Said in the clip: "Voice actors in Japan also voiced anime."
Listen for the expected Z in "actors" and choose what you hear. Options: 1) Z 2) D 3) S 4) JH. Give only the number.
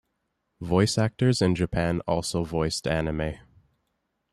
1